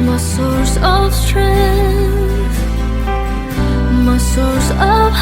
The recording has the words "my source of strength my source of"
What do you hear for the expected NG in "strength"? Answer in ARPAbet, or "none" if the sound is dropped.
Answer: none